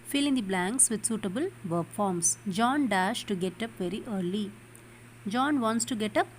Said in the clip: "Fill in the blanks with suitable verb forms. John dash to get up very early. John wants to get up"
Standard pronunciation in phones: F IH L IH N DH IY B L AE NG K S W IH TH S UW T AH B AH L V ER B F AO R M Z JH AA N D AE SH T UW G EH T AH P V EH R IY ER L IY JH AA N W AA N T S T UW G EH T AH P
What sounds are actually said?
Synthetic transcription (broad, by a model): F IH L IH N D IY B L AE NG K S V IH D S UW T AH B AH L V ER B F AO R M S JH AA N D AE SH T UW G EH T AH P V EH R IY ER L IY JH AA N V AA N T S T UW G EH T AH P